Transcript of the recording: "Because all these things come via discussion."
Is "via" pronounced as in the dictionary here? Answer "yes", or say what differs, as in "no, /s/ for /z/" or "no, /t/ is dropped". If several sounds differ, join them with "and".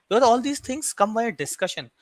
no, /b/ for /v/